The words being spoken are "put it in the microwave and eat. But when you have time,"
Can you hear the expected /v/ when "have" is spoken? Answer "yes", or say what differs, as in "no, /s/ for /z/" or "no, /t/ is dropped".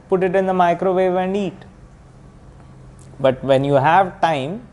yes